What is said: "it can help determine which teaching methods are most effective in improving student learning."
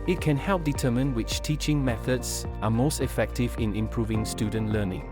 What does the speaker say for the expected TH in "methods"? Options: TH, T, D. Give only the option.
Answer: TH